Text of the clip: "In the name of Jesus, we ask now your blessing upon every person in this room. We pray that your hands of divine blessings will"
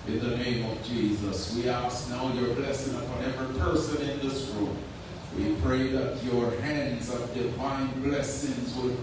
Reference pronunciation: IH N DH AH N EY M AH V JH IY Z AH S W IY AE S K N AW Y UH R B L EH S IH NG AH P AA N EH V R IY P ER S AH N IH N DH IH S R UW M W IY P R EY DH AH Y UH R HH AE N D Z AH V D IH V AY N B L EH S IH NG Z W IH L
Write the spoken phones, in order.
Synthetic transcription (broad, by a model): IH N DH AH N EY M AH V JH IY Z AH S W IY AE S K N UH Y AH R B L EH S IH NG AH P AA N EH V R P ER S AH N IH N DH IH S R UW M W IY P R EY DH AH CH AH R HH AE N D Z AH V D IH V AY N B L EH S IH NG Z W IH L